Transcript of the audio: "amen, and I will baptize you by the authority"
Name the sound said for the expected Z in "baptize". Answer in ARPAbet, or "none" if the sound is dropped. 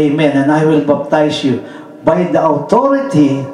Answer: S